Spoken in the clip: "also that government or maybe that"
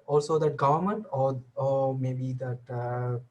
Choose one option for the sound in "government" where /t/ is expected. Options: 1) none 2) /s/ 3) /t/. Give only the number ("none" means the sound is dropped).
3